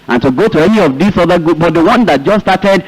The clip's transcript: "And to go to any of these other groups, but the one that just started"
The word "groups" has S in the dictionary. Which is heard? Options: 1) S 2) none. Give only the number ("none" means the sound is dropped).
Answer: 2